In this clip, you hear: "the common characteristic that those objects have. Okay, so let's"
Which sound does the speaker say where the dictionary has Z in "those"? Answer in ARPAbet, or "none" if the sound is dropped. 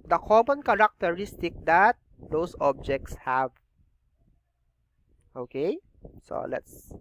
S